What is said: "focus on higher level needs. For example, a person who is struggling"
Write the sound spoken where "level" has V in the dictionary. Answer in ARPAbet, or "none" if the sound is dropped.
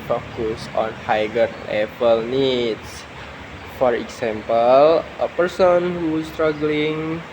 P